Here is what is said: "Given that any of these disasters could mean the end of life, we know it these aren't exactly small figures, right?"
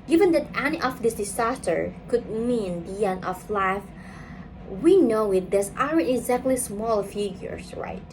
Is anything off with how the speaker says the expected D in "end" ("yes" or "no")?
yes